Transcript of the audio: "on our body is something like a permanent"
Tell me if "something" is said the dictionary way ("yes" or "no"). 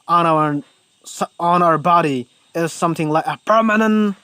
yes